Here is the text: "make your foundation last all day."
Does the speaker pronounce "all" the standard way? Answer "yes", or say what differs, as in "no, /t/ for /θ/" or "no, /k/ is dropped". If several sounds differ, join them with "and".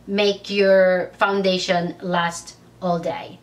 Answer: yes